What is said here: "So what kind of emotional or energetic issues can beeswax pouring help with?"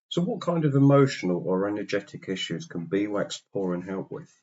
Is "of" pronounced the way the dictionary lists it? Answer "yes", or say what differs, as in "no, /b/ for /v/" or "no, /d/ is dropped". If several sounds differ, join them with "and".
yes